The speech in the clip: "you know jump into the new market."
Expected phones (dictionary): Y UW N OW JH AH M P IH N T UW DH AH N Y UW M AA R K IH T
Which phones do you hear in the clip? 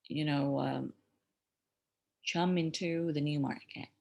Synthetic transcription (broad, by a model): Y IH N OW CH AH M IH N T UW DH AH N Y UW M AA R K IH T